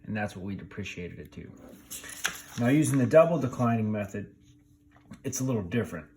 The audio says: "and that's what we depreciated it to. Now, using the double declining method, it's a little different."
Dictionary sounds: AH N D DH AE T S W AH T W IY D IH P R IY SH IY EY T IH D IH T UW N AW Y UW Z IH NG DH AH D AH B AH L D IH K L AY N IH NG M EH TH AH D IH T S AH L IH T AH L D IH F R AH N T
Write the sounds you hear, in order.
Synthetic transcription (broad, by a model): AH N DH AE T S W AH T W IY D IH P R IY SH IY EY T IH D IH T UW N AW Y UW Z IH NG DH AH D AH B L D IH K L AY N IH NG M EH TH AH D IH T S AH L IH T L D IH F R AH N T